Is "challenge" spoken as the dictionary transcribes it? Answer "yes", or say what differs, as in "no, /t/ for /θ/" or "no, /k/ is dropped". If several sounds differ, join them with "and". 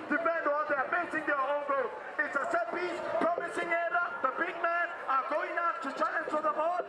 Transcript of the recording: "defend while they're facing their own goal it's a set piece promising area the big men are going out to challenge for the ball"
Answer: no, /n/ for /l/